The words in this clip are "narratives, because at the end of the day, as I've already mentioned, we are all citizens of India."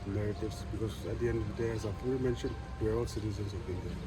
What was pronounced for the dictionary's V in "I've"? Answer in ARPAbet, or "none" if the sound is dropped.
P